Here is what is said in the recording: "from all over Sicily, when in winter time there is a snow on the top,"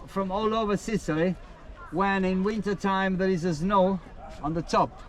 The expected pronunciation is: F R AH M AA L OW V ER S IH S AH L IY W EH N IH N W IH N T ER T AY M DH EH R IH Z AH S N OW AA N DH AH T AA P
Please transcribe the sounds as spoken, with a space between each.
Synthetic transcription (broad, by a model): F R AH M AA L OW V ER S IH S AH L IY W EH N IH N W IH N T ER T AY M DH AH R IH Z AH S N OW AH N DH AH T AA P